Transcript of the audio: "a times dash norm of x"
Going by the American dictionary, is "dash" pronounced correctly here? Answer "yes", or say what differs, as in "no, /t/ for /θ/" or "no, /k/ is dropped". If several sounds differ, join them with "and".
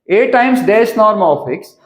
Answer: no, /s/ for /ʃ/